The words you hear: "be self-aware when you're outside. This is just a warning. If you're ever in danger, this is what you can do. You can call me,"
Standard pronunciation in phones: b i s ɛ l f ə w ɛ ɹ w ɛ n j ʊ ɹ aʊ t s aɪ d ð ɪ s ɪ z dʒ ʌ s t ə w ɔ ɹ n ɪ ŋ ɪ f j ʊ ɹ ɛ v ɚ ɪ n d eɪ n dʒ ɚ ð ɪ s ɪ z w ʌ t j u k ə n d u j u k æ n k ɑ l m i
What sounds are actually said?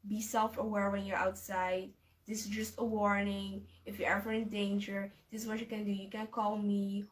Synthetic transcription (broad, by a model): b i s ɛ l f ə w ɛ ɹ w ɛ n j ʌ ɹ aʊ t s aɪ d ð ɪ s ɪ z dʒ ʌ s t ə w ɔ ɹ n ɪ ŋ ɪ f j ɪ ɛ v ɚ ɪ n d eɪ n dʒ ɚ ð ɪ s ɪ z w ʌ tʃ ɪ k ə n d u j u k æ n k ɑ l m i